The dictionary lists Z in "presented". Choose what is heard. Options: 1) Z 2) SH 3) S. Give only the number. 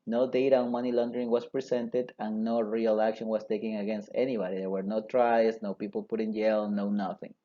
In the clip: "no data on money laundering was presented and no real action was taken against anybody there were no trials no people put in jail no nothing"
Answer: 3